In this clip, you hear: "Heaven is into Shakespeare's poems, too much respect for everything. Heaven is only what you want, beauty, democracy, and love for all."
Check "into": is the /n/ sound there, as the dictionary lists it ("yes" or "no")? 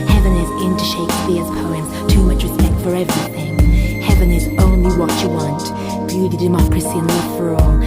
yes